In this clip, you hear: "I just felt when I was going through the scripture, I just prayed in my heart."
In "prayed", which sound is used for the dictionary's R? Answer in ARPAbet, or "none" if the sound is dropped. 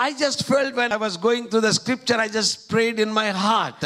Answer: R